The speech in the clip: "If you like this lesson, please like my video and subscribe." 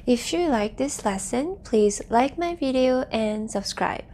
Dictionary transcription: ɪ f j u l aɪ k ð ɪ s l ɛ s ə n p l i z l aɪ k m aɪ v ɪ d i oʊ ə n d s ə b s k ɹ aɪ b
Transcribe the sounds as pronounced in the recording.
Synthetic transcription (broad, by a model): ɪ f j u l aɪ k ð ɪ s l ɛ s ə n p l i z l aɪ k m aɪ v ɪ d i oʊ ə n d s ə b s k ɹ aɪ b